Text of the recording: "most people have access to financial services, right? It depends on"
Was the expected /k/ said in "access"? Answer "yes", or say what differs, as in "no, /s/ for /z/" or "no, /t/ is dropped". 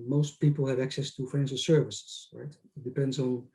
yes